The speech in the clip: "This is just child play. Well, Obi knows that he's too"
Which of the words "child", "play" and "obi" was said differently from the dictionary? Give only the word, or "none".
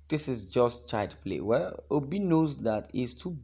child